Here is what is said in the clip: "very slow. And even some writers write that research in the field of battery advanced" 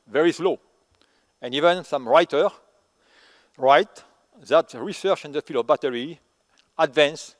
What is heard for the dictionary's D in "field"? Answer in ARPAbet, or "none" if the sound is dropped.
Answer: none